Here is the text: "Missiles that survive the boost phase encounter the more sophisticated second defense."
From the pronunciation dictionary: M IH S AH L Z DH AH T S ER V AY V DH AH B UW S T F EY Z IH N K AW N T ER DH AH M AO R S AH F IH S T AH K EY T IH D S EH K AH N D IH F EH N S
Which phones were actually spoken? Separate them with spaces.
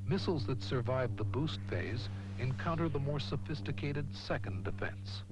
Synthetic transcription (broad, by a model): M IH S L Z DH AH T S ER V AY V DH AH B UW S T F EY Z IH N K AW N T ER DH AH M AO R S AH F IH S T AH K EY T IH D S EH K AH N D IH F EH N S